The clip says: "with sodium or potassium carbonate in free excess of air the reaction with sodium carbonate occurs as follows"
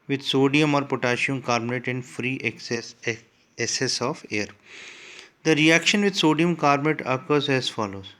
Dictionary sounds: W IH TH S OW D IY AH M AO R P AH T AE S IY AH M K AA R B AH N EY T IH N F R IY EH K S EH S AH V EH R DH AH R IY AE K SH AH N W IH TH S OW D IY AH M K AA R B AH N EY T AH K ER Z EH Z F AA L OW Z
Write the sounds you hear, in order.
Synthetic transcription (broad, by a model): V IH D S OW D IY AH M AO R P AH T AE SH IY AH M K AA R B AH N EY T IH N F R IY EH S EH S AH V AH R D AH R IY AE K SH AH N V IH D S OW D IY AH M K AA R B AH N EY T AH K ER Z EH Z F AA L OW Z